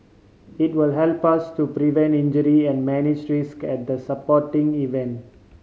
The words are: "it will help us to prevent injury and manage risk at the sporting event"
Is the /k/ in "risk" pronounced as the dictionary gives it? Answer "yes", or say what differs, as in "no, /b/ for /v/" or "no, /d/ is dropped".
yes